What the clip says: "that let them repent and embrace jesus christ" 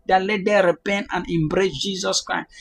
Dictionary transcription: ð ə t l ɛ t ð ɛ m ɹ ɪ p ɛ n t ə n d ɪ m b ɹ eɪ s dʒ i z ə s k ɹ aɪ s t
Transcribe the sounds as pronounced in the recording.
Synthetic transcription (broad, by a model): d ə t l ɛ t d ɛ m ɹ ɪ p ɛ n t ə n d ɪ m b ɹ eɪ s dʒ i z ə s k ɹ aɪ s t